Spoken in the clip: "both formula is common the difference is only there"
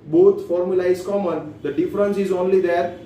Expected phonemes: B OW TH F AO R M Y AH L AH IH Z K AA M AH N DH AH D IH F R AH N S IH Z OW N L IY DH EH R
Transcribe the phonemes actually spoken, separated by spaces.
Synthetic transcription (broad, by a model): B OW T F AO R M Y AH L AH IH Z K AA M AH N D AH D IH F R AH N S IH Z OW N L IY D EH R